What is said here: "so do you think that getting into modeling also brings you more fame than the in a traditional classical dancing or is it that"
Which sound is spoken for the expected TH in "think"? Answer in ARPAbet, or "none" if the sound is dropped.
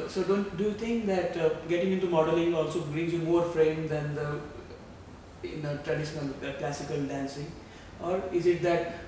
T